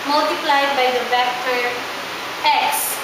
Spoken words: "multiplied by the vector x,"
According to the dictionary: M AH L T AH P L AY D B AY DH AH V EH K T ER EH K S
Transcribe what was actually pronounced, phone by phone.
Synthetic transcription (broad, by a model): M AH L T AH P L AY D B AY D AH B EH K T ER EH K S